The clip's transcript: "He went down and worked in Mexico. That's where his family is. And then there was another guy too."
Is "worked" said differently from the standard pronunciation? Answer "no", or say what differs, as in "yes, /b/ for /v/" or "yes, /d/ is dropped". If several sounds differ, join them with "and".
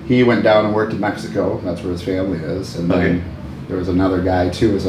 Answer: no